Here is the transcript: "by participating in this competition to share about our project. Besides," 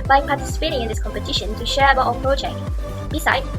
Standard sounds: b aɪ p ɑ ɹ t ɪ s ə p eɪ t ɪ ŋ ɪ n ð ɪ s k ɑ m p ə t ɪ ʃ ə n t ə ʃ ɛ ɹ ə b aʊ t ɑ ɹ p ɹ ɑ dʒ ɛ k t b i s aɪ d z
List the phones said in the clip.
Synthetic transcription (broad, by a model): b aɪ p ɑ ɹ t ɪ s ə p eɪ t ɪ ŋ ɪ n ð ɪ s k ɑ m p ə t ɪ ʃ ə n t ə ʃ ɛ ɹ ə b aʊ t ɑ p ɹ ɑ tʃ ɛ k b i s aɪ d